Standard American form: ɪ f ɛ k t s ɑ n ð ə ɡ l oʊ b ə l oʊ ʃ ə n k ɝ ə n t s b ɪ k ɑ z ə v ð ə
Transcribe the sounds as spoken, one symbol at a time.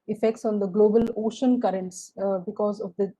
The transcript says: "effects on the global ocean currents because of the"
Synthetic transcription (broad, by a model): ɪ f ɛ k t s ɑ n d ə ɡ l oʊ b ə l oʊ ʃ ə n k ɝ ə n t s b ɪ k ɑ z ə v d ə